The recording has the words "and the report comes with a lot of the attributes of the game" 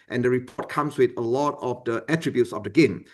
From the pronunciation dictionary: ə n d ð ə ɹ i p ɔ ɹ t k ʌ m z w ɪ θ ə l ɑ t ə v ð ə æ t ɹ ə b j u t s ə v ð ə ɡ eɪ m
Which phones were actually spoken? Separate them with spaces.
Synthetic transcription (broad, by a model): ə n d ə ɹ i p ɔ t k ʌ m s w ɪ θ ə l ɑ t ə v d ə æ t ɹ ə b j u t s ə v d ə ɡ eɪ m